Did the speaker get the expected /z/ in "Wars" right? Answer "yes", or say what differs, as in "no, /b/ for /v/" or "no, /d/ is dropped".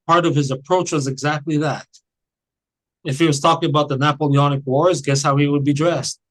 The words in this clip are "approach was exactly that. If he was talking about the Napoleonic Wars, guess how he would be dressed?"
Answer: yes